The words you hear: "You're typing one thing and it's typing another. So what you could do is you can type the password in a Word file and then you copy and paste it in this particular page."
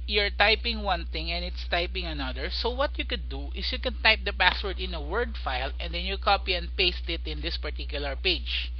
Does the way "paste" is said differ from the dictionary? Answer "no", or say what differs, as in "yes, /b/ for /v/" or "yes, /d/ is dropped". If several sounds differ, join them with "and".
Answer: no